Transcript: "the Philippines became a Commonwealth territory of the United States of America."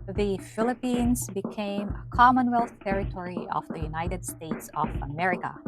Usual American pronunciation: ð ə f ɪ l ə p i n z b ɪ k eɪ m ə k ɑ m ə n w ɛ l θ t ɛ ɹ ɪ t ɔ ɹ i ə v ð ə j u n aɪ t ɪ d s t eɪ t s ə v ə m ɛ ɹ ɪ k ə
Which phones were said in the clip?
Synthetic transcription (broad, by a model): ð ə f ɪ l ə p i n z b ɪ k eɪ m ə k ɑ m ə n w ɛ l θ t ɛ ɹ ɪ t ɔ ɹ i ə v ð ə j u n aɪ t ɪ d s t eɪ t s ə v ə m ɛ ɹ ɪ k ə